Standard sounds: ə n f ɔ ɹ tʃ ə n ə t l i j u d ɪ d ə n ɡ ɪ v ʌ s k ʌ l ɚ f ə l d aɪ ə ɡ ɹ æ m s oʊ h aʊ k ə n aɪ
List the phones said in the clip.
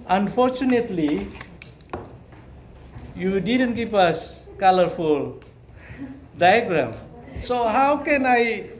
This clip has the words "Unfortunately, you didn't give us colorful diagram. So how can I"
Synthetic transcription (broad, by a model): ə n f ɔ ɹ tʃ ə n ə t l i j u d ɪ d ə n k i p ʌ s k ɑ l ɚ f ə l d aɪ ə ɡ ɹ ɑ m s oʊ h aʊ k ə n aɪ